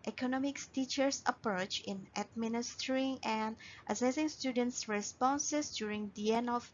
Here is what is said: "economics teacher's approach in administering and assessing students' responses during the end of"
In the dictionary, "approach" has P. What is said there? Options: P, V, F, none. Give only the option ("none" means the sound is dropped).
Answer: P